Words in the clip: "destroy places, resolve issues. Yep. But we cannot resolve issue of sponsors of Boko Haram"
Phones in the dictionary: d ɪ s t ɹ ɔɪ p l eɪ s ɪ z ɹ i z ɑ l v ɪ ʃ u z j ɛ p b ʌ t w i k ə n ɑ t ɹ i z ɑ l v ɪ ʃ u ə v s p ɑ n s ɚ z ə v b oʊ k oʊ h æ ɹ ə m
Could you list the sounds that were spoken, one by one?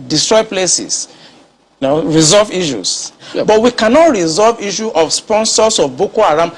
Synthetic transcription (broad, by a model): d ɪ s t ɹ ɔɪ p l eɪ s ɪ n ɹ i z ɑ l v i ʃ u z b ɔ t w i k ə n ɑ t ɹ i z ɑ l v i ʃ u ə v s p ɑ n s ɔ s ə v b oʊ k oʊ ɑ ɹ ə m